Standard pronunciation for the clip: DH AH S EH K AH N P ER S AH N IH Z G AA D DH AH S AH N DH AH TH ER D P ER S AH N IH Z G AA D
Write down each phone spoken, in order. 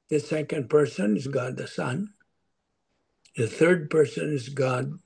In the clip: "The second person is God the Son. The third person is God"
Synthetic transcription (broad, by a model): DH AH S EH K AH N P ER S AH N IH Z G AA D DH AH S AH N DH AH TH ER D P ER S AH N IH Z G AA D